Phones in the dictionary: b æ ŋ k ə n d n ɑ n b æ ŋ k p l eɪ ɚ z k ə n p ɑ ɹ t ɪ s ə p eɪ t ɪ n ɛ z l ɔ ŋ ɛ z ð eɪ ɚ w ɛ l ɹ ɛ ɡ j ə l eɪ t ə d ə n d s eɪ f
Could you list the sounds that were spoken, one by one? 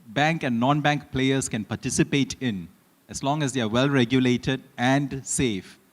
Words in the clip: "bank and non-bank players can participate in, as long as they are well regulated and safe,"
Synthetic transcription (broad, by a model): b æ ŋ k ə n d n ɑ n b æ ŋ k p l eɪ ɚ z k ə n p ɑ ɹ t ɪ s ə p eɪ t ɪ n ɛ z l ɔ ŋ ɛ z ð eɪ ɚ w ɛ l ɹ ɛ ɡ j ə l eɪ t ə d ə n d s eɪ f